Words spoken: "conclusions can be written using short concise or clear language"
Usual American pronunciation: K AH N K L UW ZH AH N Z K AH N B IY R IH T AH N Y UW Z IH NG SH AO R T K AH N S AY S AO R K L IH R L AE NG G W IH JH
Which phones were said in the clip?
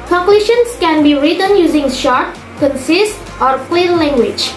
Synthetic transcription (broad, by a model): K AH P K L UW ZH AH N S K AH N B IY R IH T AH N Y UW Z IH NG SH AO R T K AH N S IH S AO R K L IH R L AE NG G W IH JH